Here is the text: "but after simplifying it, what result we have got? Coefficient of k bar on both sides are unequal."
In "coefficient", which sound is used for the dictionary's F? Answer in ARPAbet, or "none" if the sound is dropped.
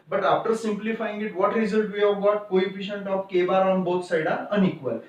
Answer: P